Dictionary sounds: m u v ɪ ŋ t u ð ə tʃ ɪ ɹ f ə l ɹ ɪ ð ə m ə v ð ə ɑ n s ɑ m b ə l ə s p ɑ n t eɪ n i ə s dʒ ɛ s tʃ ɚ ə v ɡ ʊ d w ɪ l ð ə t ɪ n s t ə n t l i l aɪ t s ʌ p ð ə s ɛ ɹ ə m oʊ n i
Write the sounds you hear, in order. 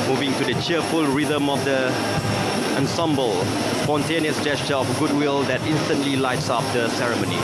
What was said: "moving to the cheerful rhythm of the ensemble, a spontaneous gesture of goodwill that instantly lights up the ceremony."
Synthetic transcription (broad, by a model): m u v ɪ ŋ t u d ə tʃ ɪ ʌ f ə l ɹ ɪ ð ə m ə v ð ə ɑ n s ɑ m b ə l s p ɑ n t eɪ n i ə s dʒ ɛ s tʃ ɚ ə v ɡ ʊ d w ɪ l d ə t ɪ n s t ə n t l i l aɪ t s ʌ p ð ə s ɛ ɹ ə m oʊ n i